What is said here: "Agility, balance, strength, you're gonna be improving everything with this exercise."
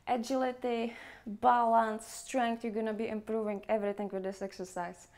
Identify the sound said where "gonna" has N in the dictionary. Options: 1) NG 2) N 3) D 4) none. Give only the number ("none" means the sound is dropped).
2